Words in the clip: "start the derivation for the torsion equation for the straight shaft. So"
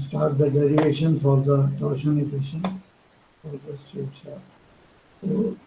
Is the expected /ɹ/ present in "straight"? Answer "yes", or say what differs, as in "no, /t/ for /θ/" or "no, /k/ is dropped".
no, /ɹ/ is dropped